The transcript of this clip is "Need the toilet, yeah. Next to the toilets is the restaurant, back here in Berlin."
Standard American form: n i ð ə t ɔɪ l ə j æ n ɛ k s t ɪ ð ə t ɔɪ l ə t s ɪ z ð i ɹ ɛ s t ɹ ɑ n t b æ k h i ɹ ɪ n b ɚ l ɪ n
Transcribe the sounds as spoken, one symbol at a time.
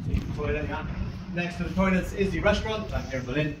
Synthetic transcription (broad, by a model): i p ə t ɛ ə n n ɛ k s t ɪ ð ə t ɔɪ n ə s ɪ z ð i ɹ ɛ s t ɹ ɑ n t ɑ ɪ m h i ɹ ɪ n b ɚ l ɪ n